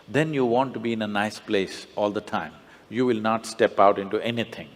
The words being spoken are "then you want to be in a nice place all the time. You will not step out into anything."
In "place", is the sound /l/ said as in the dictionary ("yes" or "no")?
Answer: yes